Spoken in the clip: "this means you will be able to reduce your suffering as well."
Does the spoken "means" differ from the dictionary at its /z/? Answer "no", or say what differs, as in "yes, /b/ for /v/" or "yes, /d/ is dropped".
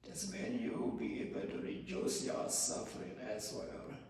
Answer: yes, /z/ is dropped